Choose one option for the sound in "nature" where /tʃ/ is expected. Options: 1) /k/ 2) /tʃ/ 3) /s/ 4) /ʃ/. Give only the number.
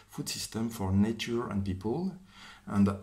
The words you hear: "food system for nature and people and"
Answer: 2